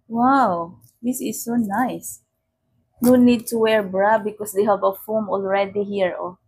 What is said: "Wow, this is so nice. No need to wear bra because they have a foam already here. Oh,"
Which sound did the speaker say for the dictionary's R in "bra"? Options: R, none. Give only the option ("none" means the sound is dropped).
R